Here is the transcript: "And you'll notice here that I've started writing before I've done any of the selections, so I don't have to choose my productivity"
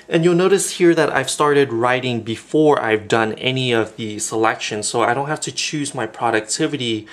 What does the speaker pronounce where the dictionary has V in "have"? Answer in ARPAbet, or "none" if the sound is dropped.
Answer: F